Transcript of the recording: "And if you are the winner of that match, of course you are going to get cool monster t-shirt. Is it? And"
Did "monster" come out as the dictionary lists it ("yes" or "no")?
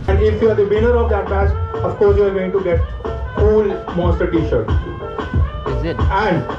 no